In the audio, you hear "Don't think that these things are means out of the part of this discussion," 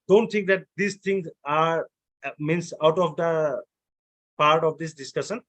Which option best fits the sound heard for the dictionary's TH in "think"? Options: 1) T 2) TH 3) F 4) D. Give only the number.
1